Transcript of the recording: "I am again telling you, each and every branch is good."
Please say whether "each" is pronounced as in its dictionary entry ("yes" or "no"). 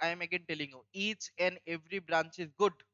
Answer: yes